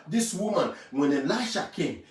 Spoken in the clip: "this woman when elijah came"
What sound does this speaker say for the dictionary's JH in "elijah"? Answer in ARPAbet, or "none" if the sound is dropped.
SH